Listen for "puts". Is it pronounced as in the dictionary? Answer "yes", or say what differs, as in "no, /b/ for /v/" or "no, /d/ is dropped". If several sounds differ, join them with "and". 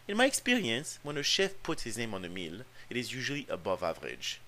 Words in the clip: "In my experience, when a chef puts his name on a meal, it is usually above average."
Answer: yes